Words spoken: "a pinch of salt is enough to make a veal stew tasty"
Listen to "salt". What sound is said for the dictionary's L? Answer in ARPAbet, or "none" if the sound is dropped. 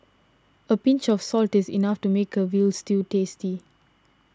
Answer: L